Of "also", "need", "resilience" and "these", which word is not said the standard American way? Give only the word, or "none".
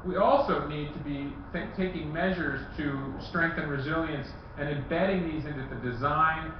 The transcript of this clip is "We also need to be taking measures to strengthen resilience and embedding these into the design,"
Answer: none